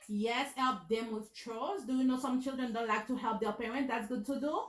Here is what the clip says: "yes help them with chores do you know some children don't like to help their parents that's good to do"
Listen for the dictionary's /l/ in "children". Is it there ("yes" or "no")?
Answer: yes